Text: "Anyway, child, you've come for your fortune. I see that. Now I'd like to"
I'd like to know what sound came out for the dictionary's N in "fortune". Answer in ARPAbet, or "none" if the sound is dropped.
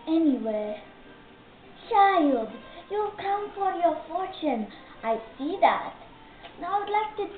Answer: N